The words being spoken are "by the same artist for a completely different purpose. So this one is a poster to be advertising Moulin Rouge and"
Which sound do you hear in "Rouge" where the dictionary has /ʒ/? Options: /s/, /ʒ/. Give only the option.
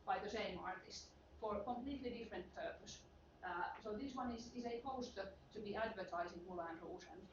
/s/